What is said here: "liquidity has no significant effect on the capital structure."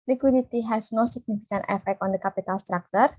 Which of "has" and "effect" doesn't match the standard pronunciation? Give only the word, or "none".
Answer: has